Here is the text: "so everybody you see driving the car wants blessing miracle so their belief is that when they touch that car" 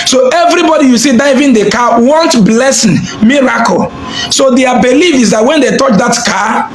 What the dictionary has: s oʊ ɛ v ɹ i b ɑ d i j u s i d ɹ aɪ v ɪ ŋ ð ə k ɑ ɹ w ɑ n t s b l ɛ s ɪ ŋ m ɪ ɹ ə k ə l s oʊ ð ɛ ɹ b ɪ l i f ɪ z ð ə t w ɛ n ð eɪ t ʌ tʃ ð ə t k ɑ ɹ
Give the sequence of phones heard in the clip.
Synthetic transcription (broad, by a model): s oʊ ɛ v ɹ i b ɑ d i j u s i d aɪ v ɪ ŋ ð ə k ɑ w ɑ n t b l ɛ s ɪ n m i ɹ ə k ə l s oʊ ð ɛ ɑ b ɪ l i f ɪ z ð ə t w ɛ n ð eɪ t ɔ tʃ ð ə t k ɑ